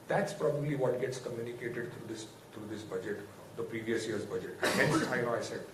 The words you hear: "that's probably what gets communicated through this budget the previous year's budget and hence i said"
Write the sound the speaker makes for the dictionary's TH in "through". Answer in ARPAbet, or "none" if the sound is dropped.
S